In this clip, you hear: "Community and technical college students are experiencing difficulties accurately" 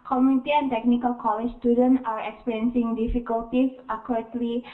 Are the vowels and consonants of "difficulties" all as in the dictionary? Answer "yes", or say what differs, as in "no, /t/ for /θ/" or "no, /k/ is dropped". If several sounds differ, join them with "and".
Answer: no, /s/ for /z/